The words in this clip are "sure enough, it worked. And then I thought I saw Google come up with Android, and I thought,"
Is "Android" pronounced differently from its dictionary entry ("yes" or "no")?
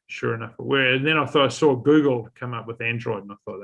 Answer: no